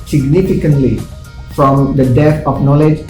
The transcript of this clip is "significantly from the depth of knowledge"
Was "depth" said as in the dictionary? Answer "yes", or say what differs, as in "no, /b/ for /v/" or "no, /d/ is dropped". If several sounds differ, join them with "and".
no, /p/ is dropped